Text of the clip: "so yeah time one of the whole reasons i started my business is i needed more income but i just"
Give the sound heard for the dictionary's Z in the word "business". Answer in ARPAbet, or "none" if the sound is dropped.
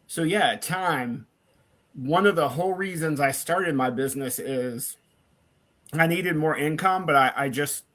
Z